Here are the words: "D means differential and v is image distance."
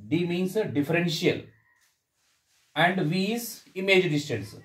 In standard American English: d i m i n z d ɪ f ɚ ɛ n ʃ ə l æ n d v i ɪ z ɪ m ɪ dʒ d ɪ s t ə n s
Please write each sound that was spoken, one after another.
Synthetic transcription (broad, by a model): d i m i n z d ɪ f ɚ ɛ n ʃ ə l æ n d v i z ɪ m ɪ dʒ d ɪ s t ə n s